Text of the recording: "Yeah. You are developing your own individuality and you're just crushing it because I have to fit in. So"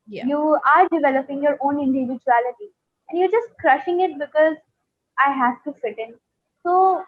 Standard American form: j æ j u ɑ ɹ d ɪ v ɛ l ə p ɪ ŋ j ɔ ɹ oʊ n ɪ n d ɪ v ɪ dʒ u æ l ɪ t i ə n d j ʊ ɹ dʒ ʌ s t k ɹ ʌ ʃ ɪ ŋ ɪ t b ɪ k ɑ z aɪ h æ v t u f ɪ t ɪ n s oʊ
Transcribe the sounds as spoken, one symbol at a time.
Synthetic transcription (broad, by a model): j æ j u ɑ ɹ d ɪ v ɛ l ə p ɪ ŋ j ɔ ɹ oʊ n ɪ n d ɪ v ɪ dʒ u æ l ɪ t i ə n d j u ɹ dʒ ʌ s t k ɹ ʌ ʃ ɪ ŋ ɪ t b ɪ k ɑ z aɪ h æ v t u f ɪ t ɪ n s oʊ